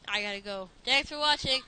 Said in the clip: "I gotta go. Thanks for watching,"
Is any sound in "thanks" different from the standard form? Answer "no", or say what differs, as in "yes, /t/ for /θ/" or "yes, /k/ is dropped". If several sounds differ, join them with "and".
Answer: yes, /t/ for /θ/